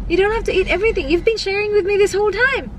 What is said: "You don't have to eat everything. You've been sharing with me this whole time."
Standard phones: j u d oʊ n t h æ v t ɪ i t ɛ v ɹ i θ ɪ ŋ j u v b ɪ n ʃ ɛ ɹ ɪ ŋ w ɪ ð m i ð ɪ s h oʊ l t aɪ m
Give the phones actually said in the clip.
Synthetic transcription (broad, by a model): j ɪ d oʊ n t h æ f t ɪ i t ɛ v ɹ i θ ɪ ŋ j u v b ɪ n ʃ ɛ ɹ ɪ ŋ w ɪ ð m i ð ɪ s h oʊ l t aɪ m